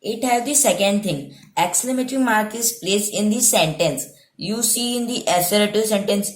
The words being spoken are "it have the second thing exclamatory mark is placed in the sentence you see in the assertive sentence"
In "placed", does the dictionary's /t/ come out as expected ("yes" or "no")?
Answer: no